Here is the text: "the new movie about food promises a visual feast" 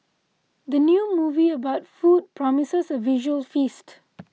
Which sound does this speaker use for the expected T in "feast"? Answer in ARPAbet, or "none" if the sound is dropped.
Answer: T